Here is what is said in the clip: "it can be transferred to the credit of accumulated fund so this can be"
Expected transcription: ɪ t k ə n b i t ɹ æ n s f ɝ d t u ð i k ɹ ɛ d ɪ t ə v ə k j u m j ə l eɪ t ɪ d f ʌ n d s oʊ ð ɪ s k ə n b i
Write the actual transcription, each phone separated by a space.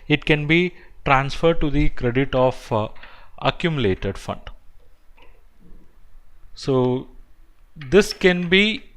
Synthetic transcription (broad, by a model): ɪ t k ə n b i t ɹ æ n s f ɝ d t u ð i k ɹ ɛ d ɪ t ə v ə k j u m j l eɪ t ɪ d f ʌ n d s oʊ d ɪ s k ə n b i